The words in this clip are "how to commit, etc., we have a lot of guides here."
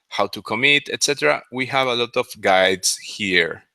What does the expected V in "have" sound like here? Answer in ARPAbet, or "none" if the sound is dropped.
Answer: V